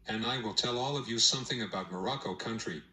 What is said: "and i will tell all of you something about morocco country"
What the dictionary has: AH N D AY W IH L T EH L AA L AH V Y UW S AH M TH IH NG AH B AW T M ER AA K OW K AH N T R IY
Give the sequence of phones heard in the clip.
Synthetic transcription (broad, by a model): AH N AY W IH L T EH L AA L AH V Y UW S AH M TH IH NG AH B AW T M ER AA K OW K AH N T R IY